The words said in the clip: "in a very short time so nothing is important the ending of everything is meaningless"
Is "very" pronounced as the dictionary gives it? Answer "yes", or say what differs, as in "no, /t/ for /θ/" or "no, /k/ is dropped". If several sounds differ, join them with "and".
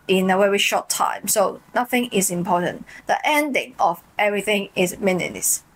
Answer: no, /w/ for /v/